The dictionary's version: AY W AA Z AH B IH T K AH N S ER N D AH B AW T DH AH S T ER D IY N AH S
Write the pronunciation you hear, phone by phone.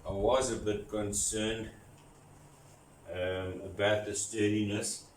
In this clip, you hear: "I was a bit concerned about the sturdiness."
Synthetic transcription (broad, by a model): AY W AA Z AH B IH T K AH N S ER N D AH B AW T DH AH S T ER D IY N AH S